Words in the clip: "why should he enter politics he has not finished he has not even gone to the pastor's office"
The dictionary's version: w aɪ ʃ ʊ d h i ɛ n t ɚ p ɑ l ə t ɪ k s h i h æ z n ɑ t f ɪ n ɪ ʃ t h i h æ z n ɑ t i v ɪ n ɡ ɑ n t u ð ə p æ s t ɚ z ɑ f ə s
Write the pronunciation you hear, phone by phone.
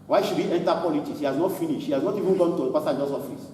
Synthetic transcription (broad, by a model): w aɪ ʃ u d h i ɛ n t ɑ p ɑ l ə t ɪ k s h i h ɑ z n ɑ t f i n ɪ ʃ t h i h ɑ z n ɑ t i v ɪ n ɡ ɑ n t u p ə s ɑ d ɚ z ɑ f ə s